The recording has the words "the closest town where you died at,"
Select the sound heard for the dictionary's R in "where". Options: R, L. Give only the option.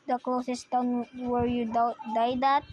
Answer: R